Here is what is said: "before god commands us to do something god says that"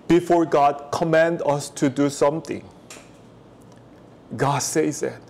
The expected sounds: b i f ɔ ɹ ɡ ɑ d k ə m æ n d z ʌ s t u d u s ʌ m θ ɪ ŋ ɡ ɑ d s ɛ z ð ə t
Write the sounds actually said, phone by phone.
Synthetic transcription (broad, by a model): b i f ɔ ɹ ɡ ɑ d k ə m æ n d ʌ s t u d u s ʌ m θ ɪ ŋ ɡ ɑ d s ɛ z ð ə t